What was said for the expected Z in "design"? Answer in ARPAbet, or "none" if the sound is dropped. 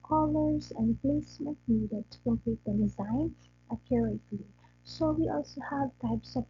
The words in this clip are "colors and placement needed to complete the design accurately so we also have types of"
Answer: Z